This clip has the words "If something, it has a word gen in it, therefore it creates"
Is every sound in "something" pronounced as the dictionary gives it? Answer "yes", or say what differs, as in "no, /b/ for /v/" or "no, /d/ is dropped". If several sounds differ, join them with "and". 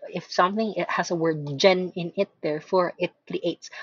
yes